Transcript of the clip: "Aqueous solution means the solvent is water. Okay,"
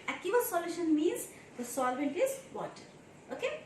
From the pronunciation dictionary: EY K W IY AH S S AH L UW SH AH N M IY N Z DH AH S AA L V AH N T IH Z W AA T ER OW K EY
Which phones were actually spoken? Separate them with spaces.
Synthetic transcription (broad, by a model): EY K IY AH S S AH L UW SH AH N M IY N Z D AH S AA L V AH N T IH Z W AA T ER OW K EY